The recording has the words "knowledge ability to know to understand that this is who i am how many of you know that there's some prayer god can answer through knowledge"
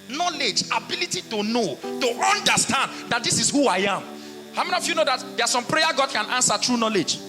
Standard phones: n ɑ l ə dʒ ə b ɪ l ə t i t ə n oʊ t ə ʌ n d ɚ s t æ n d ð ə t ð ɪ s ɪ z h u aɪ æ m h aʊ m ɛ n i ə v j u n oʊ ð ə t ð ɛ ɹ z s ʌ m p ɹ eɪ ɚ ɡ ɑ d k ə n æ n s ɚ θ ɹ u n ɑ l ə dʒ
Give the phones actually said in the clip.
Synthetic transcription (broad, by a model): n ɑ l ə dʒ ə b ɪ l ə t i t ə n oʊ t ə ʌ n d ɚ s t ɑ n d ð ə t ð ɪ s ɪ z h u aɪ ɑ m h aʊ m ɛ n i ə f j u n oʊ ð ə t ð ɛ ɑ s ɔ m p ɹ eɪ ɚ ɡ ɑ d k ə n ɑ n s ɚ t ɹ u n ɑ l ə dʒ